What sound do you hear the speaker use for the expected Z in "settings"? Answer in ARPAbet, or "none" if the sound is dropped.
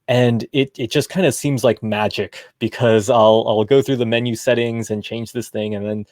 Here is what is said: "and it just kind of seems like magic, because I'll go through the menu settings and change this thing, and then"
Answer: Z